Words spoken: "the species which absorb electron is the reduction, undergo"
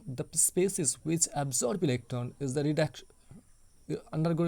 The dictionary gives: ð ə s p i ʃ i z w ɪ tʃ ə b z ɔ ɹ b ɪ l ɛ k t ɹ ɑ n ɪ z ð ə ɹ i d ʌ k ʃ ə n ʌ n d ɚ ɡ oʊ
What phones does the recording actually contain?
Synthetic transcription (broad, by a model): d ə s p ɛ s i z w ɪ tʃ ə b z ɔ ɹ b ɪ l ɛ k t ɑ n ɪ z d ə ɹ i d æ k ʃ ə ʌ n d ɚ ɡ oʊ